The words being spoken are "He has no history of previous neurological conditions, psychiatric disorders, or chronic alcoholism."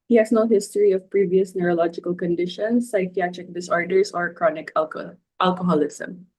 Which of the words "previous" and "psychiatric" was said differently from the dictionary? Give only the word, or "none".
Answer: none